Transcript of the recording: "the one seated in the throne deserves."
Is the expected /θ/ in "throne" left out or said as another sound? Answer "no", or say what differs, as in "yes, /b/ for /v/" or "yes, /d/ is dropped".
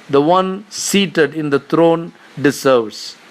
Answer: yes, /t/ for /θ/